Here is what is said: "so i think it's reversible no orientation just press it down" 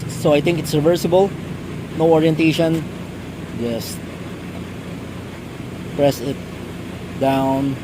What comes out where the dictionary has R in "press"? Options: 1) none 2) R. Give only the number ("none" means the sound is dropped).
2